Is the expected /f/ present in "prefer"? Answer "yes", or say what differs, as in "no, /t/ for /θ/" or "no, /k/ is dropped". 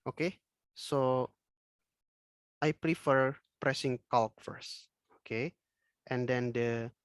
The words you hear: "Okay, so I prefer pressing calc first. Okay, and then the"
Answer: yes